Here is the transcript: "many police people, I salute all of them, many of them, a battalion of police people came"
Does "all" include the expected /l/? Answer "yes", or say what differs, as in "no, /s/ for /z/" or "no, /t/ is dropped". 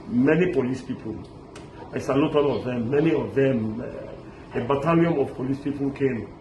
no, /n/ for /l/